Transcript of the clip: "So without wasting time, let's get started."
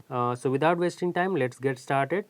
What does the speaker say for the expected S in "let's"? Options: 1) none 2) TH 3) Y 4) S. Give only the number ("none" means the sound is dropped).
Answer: 4